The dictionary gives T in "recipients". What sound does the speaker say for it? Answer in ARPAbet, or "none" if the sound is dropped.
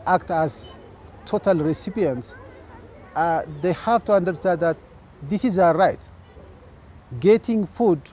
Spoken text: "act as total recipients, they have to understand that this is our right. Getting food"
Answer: T